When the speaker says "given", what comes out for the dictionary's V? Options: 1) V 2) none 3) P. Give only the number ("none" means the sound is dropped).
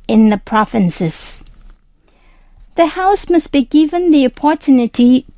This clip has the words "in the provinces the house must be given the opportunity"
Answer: 1